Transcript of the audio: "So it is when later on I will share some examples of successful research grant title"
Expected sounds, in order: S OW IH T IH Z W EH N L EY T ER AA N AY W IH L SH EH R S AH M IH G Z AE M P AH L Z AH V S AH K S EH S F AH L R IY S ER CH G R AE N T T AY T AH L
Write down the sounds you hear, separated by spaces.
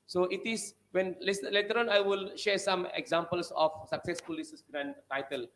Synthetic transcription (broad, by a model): S OW IH T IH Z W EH N L EY T ER AA N AY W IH L SH EH R S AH M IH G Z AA M P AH L S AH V S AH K S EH S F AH L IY S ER S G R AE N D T AY T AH L